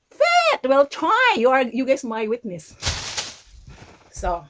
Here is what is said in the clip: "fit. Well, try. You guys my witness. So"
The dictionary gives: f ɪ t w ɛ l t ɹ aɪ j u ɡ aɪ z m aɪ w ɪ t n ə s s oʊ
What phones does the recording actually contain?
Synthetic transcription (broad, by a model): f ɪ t w ɛ l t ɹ aɪ j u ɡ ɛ s m aɪ w ɪ t n ə s s oʊ